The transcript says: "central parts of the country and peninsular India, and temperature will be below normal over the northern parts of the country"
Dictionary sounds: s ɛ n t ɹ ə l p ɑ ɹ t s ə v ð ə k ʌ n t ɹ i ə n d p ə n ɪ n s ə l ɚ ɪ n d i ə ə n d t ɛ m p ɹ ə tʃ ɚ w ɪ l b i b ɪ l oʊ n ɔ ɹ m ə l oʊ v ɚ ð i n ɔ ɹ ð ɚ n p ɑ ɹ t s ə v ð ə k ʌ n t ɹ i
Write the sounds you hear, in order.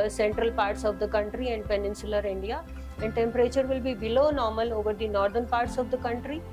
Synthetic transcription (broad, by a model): s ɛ n t ɹ ə l p ɑ ɹ t s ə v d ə k ʌ n t ɹ i ə n d p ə n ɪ n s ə l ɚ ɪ n d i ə ə n d t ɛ m p ɹ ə tʃ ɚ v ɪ l b i b ɪ l oʊ n ɔ ɹ m ə l oʊ v ɚ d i n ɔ ɹ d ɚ n p ɑ ɹ t s ə v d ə k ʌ n t ɹ i